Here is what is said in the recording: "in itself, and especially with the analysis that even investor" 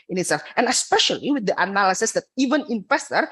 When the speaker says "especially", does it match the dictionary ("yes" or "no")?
yes